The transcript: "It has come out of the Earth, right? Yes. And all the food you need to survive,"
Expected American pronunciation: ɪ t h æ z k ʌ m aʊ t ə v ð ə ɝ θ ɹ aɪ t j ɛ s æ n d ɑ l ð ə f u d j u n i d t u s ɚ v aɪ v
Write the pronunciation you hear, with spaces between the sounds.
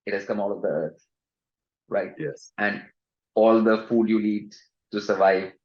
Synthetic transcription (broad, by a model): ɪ t h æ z k ʌ m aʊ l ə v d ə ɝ t ɹ aɪ t j ɛ s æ n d ɑ l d ə f u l j u l i d t u s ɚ v aɪ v